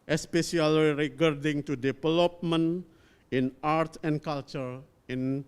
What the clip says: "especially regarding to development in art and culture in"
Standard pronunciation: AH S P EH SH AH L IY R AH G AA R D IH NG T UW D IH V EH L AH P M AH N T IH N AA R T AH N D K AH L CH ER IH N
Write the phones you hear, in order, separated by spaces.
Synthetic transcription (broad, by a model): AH S P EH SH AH L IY R AH G AA R D IH NG T UW D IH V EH L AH P M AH N IH N AA R T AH N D K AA L CH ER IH N